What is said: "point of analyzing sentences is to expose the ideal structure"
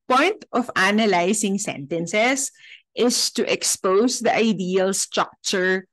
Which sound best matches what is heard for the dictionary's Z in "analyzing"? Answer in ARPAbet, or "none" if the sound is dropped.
S